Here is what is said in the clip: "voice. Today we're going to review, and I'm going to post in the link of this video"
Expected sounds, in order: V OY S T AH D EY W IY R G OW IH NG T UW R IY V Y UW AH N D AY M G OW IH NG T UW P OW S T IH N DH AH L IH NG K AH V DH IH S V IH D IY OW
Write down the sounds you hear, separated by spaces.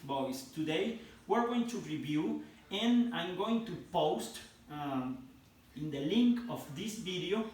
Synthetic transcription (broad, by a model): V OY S T AH D EY W IY R G OW IH NG T UW R IY V Y UW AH N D AY M G OW IH NG T UW P OW S T IH N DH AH L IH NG K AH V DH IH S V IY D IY OW